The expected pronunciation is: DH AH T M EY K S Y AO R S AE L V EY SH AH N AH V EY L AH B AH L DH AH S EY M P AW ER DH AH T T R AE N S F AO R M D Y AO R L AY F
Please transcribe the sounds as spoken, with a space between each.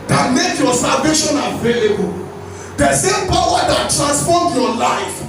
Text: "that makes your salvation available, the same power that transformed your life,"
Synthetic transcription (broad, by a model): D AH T M EY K Y AO S AE L V EY SH AH N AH V EY L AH B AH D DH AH S EY M P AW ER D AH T T R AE N S F AO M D Y AO L AY F